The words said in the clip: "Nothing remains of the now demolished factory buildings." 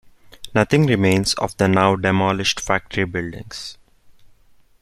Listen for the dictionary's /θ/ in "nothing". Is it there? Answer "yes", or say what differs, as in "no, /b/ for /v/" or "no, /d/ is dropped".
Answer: no, /t/ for /θ/